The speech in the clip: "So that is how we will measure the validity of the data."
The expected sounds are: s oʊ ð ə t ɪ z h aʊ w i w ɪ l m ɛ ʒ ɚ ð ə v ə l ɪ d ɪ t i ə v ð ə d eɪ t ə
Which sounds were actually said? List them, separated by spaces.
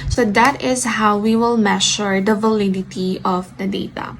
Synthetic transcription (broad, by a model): s oʊ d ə t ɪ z h aʊ w i w ɪ l m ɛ ʃ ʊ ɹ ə v ə l ɪ d ɪ t i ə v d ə d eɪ t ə